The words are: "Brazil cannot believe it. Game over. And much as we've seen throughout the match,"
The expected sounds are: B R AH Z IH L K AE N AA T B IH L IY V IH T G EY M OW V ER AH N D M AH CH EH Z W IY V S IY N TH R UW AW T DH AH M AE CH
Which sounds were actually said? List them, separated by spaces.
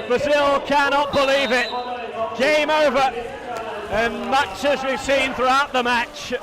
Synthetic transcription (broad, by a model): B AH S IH L K AE N AA T B IH L IY V IH T G EY M OW V ER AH N M AH CH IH Z W IY V S IY N TH R UW AW T DH AH M AE CH